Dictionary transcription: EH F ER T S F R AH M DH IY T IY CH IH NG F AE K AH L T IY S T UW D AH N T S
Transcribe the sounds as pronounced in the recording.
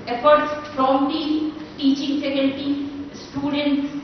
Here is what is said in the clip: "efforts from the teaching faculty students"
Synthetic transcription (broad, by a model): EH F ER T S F R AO M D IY T IY CH IH NG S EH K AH N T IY S T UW D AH N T S